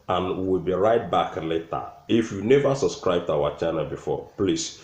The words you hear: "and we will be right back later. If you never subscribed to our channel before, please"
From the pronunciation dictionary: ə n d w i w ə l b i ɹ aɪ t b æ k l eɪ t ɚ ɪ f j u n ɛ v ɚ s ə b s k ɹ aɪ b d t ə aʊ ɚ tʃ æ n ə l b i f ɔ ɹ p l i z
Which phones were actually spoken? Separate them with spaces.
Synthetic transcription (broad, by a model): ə n w i w ə l b i ɹ aɪ t b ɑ k l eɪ t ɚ ɪ f j u n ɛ v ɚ s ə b s k ɹ aɪ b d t aʊ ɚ tʃ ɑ n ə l b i f ɔ p l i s